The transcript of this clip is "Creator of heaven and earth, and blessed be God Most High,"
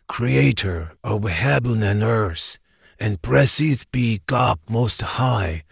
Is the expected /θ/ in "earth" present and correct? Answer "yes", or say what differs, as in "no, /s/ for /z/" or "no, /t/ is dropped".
no, /s/ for /θ/